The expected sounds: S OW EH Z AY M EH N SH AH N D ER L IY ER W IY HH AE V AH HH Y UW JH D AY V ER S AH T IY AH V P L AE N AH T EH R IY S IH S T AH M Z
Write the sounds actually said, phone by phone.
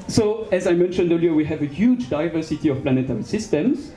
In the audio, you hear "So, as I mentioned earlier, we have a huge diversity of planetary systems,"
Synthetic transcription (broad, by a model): S OW EH Z AY M EH N SH AH N D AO L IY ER W IY HH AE V AH HH Y UW JH D AY V ER S AH T IY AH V P L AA N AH T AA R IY S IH S T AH M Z